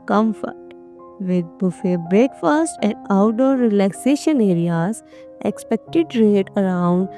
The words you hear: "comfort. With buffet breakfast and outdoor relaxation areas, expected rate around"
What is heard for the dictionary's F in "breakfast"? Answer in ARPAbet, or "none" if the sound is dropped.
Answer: F